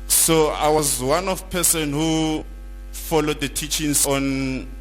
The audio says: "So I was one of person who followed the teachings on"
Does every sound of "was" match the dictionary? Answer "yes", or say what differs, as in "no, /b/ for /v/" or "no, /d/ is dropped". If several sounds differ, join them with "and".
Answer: yes